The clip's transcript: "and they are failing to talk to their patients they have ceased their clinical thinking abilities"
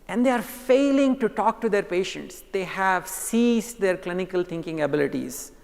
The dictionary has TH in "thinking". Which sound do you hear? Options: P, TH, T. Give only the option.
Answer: T